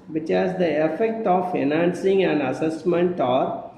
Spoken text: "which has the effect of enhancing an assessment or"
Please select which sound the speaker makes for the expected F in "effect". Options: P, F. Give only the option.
F